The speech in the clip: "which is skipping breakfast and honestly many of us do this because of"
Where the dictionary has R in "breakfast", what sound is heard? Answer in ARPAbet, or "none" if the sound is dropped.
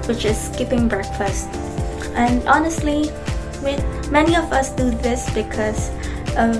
R